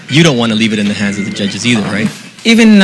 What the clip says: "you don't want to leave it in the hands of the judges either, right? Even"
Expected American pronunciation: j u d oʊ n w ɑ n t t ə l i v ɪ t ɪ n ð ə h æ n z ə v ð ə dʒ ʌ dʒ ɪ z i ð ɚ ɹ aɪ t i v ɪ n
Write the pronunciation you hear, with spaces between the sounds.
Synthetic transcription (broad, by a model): j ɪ d oʊ n w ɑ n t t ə l i v ɪ t ɪ n ð ə h æ n z ə v ð ə dʒ ʌ dʒ ɪ z i ð ɚ ɹ aɪ t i v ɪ n